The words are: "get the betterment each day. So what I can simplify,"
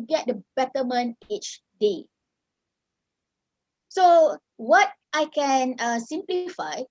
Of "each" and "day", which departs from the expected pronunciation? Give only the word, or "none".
none